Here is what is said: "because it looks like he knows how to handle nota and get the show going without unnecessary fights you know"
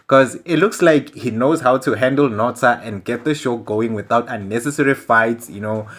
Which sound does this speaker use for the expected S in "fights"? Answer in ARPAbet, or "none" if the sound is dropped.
none